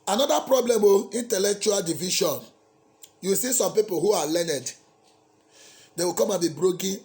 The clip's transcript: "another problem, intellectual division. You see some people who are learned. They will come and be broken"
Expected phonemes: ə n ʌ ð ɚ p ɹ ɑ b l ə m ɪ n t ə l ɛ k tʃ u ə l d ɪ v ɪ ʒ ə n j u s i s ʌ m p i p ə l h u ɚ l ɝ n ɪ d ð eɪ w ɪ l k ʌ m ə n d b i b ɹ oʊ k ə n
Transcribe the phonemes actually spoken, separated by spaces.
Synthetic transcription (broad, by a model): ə n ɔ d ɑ p ɹ ɑ b l ə m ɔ n t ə l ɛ k tʃ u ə l d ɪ v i ʃ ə n j u s i s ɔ m p i p ə l h u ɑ l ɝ n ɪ d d eɪ w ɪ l k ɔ m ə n b i b ɹ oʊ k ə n